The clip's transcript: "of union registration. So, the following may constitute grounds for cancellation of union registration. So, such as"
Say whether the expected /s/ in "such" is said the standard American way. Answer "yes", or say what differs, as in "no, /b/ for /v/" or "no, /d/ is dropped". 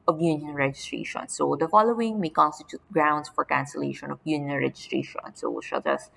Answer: no, /ʃ/ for /s/